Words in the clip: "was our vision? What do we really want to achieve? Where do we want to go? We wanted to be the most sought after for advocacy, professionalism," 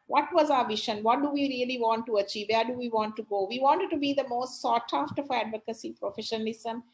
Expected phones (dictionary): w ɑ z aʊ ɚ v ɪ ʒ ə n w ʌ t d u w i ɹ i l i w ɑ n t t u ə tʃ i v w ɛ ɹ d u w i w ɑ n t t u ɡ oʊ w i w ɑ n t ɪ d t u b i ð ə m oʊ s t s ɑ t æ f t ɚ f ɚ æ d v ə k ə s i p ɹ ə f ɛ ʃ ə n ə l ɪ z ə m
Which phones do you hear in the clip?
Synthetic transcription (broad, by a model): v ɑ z aʊ ɚ v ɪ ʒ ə n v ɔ t d u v i ɹ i l i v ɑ n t t u ə tʃ i v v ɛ ɹ d u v i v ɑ n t t u ɡ oʊ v i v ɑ n t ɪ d t u b i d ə m oʊ s t s ɑ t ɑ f t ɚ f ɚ æ d v ə k ə s i p ɹ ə f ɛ ʃ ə n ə l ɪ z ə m